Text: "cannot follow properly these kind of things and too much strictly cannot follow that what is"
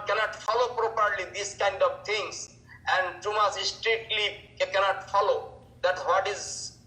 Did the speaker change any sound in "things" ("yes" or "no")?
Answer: yes